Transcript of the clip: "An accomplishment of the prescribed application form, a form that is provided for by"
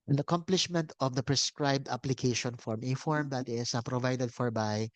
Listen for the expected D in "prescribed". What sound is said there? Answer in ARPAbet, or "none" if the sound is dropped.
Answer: D